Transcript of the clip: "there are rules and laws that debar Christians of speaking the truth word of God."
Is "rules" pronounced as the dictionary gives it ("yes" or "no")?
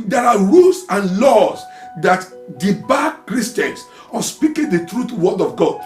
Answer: no